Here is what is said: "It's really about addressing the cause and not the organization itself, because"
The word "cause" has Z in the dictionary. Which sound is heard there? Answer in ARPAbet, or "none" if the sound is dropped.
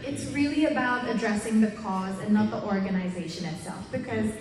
Z